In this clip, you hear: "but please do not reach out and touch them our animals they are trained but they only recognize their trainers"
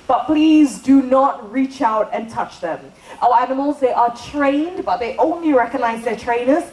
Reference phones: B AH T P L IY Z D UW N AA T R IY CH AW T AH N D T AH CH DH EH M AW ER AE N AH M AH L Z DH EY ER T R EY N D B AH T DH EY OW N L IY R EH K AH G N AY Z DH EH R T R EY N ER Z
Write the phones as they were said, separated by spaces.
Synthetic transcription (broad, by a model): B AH T P L IY Z D UW N AA T R IY CH AW T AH N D T AH CH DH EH M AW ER AE N AH M AH L Z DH EY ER T R EY N D B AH T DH EY OW N L IY R EH K AH G N AY Z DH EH T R EY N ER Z